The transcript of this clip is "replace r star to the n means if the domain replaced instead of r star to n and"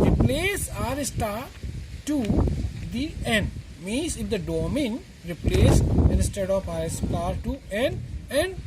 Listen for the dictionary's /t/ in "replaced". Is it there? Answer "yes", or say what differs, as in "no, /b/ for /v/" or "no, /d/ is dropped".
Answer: no, /t/ is dropped